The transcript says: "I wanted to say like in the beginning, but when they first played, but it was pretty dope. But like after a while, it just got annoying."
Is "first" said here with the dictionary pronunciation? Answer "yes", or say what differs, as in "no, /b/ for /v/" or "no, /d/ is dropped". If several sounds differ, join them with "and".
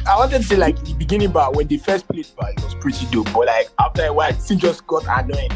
yes